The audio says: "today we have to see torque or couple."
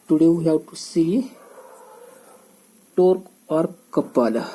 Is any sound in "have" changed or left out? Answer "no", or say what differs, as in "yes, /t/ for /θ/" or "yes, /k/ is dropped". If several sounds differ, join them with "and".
yes, /w/ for /v/